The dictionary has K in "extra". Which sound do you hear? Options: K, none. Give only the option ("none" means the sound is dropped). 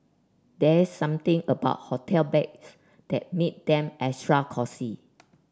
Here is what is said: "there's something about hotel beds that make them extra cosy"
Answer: none